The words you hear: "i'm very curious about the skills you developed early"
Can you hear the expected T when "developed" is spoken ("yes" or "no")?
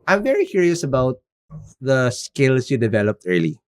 yes